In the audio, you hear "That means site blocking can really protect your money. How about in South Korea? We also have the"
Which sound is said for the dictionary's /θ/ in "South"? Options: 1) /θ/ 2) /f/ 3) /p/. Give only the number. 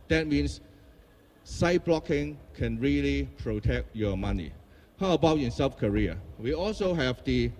2